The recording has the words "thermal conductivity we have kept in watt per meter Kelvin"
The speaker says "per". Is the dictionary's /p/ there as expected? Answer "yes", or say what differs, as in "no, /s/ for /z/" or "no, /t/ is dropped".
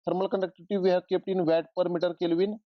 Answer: yes